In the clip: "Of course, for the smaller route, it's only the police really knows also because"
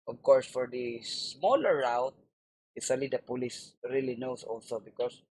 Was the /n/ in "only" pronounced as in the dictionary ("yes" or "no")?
no